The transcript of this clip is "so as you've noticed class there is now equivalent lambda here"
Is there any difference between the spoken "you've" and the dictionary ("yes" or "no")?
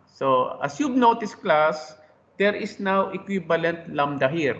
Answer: yes